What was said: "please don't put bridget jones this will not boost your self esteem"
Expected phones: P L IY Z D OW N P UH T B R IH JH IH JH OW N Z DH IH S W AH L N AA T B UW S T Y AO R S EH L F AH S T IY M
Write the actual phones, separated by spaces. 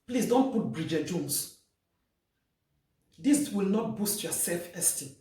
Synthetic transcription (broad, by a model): P L IY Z D OW N P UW T B R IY JH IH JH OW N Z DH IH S W AH L N AA T B UW S T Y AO S EH L F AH S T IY